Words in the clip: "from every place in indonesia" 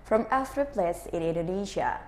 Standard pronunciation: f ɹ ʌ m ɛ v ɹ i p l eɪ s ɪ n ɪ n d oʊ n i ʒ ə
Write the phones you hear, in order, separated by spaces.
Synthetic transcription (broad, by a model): f ɹ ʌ m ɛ f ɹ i p l eɪ s ɪ n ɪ n d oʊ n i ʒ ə